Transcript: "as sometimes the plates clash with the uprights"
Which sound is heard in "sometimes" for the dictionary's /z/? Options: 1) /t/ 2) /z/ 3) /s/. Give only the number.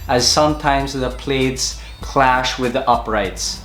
2